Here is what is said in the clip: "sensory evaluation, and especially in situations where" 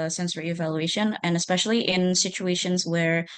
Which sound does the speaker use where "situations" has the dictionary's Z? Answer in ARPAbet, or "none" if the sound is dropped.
Z